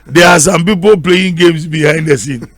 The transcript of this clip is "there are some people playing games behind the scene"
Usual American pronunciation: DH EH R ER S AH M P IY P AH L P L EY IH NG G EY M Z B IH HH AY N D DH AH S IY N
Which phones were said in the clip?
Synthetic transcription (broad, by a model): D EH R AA S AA M P IY P AH L P L EY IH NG G EY M S B IH HH AY N D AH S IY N